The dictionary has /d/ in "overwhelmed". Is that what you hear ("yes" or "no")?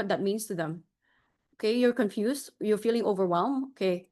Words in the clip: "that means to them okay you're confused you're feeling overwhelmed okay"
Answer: no